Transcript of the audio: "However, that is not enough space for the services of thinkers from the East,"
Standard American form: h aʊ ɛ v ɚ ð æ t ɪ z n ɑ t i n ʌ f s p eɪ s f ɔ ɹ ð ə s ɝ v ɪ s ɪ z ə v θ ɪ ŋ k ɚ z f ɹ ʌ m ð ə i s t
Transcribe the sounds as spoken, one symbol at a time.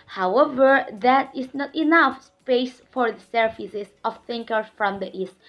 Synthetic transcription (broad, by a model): h aʊ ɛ v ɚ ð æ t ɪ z n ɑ t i n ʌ f s p eɪ s f ɔ ɹ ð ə s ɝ f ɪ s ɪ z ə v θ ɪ ŋ k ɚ f ɹ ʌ m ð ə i s t